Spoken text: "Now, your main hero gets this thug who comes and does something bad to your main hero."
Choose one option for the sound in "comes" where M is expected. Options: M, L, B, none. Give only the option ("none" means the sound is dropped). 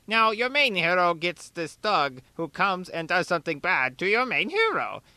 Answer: M